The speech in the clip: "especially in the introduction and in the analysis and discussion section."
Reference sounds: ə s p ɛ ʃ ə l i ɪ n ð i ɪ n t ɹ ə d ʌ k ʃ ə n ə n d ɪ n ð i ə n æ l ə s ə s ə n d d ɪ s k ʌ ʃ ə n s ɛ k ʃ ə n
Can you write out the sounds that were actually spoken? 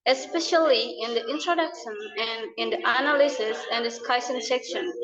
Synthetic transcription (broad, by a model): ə s p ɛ ʃ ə l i ɪ n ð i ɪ n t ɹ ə d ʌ k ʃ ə n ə n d ɪ n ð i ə n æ l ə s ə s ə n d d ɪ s k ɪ s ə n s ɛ k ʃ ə n